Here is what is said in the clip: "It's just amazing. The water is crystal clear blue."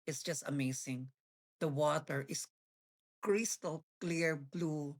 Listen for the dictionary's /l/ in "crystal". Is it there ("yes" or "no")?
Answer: yes